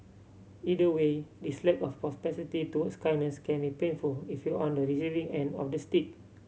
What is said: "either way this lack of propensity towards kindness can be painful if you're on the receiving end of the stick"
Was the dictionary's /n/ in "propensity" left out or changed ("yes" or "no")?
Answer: yes